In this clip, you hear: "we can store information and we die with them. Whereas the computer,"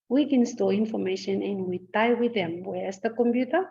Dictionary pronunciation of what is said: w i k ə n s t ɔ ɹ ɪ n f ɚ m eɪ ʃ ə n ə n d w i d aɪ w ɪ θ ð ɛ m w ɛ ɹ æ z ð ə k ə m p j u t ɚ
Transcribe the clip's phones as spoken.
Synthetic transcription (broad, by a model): w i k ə n s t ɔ l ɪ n f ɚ m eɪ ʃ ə n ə n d w i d aɪ w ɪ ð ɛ m w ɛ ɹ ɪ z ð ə k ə m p j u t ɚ